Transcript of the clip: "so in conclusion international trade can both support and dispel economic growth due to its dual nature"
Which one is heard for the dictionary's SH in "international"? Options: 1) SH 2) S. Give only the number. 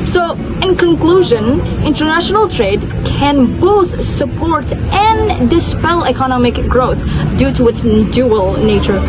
1